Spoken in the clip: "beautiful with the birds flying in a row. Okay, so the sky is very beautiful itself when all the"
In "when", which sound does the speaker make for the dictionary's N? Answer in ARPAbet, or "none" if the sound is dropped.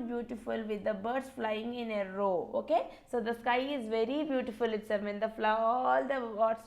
L